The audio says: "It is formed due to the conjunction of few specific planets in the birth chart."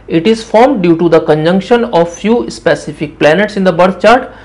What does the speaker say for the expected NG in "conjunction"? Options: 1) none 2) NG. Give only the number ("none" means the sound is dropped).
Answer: 2